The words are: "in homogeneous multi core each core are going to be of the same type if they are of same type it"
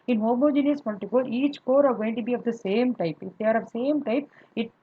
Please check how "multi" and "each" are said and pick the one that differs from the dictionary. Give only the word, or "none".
multi